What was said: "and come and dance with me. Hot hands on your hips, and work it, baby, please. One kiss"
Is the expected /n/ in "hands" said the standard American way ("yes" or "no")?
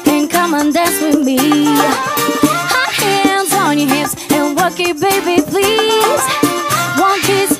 yes